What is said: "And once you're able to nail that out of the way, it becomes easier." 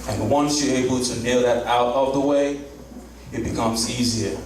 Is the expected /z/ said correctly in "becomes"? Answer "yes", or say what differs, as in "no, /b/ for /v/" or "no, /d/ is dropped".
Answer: yes